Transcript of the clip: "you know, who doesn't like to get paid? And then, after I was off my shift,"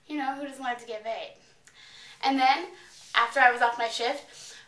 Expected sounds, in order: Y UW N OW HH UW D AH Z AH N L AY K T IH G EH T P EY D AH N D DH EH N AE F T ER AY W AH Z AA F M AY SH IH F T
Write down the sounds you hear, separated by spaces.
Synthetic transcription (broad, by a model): Y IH N OW HH UW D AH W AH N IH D T IH G EH T B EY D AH N DH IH N AE F T ER AY W AH Z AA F M AY SH IH F T